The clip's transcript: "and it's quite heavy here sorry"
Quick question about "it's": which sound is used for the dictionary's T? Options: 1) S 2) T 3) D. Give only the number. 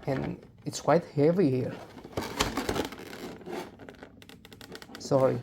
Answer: 2